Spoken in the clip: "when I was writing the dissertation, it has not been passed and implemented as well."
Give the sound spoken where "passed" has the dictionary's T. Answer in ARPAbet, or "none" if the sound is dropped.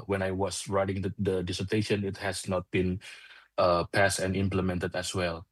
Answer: T